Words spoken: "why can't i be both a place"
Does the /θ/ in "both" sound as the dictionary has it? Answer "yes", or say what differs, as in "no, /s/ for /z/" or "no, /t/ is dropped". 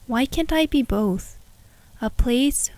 yes